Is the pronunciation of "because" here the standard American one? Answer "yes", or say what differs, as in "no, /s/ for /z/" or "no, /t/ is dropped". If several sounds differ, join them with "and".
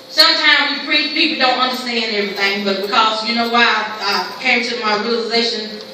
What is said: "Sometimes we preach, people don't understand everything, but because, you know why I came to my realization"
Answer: yes